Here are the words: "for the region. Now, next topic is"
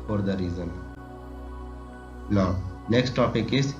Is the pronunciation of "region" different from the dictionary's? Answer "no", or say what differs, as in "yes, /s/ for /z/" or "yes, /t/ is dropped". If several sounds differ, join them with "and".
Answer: yes, /z/ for /dʒ/